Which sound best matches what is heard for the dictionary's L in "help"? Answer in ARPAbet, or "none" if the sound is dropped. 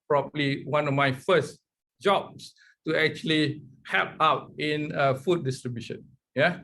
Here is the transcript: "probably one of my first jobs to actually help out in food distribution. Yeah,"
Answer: none